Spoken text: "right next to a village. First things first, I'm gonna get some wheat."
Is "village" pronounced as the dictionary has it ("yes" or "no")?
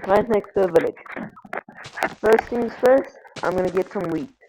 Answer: yes